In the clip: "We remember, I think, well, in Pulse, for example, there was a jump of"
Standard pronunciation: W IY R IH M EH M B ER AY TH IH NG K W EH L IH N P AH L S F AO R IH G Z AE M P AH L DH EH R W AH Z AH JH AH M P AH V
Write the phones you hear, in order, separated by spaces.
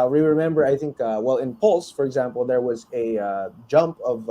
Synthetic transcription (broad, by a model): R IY R IH M EH M B ER AY TH IH NG K W EH L IH N P AH L S F AO R IH G Z AE M P AH L DH EH R W AH Z AH JH AH M P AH V